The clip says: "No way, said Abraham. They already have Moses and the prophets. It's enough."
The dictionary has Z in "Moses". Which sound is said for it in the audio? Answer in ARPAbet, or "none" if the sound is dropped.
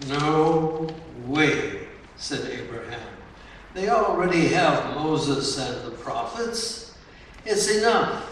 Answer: Z